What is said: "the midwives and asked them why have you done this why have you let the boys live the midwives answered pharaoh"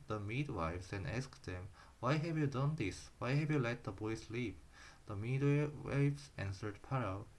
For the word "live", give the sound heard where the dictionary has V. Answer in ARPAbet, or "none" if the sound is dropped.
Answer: P